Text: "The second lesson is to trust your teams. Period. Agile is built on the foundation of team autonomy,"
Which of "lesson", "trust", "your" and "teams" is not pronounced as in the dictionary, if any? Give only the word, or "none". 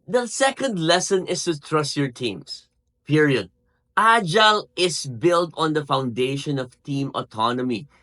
teams